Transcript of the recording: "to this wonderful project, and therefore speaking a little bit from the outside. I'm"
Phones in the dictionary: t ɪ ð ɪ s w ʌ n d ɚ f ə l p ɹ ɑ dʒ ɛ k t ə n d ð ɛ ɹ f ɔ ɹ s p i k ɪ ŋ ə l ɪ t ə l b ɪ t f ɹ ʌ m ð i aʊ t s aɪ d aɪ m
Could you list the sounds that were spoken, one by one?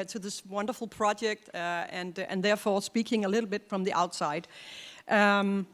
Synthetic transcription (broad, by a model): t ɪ ð ɪ s w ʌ n d ɚ f l p ɹ ɑ dʒ ɛ k t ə n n ð ɛ ɹ f ɔ ɹ s p i k ɪ ŋ ə l ɪ t l b ɪ t f ɹ ʌ m ð i aʊ t s aɪ d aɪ m